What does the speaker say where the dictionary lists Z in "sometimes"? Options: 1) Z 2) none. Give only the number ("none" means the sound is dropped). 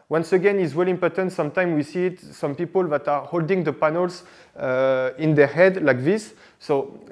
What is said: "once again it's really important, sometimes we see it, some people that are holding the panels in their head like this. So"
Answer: 2